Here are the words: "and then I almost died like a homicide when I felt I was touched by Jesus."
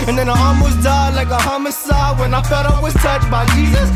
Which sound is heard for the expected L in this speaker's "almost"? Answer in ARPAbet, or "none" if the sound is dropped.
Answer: none